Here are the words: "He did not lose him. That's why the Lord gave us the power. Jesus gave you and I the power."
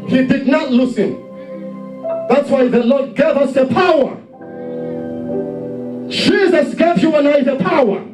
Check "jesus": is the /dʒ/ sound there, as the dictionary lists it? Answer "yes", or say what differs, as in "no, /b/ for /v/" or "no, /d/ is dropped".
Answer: no, /ʃ/ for /dʒ/